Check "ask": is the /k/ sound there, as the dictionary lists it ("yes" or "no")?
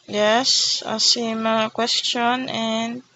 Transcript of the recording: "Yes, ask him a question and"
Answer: no